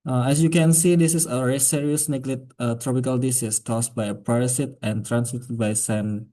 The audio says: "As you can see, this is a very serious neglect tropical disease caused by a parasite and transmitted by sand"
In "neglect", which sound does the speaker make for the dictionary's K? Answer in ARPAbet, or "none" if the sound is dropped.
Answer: none